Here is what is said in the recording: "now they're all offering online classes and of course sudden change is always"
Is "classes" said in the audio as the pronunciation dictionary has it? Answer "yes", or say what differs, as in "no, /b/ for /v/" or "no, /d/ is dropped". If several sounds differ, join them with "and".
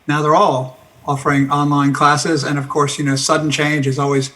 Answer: yes